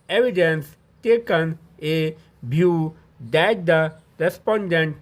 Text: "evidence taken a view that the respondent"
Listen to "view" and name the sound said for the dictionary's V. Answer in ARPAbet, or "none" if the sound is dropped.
B